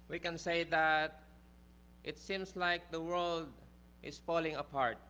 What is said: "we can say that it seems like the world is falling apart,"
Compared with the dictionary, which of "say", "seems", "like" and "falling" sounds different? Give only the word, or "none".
seems